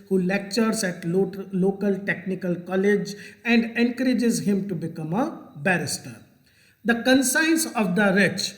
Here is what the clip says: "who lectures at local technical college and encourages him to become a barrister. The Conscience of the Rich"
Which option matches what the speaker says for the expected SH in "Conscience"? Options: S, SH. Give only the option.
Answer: S